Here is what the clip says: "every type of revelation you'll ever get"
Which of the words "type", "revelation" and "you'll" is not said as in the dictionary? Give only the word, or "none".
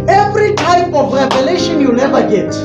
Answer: you'll